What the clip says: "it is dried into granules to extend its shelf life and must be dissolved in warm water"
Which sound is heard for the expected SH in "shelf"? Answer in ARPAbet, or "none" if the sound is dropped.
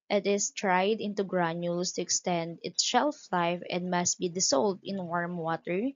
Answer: SH